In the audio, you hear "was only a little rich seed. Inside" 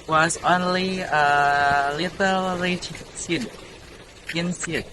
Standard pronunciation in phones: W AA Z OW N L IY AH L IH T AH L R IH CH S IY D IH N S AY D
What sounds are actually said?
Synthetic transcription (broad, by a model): W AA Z OW N L IY AH L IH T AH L L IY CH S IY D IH N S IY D